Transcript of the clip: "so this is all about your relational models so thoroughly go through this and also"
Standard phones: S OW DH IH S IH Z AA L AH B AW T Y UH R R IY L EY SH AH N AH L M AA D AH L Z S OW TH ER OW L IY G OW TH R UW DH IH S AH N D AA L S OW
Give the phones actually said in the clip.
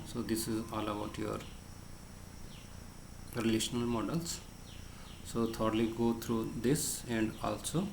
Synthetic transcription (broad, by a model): S OW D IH S IH Z AA L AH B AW T Y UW R R IY L EY SH AH N AH L M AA D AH L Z S OW T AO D L IY G OW T R UW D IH S AH N D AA L S OW